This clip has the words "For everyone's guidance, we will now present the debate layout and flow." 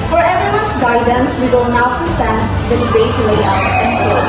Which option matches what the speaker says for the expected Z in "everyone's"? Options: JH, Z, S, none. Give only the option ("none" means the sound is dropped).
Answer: S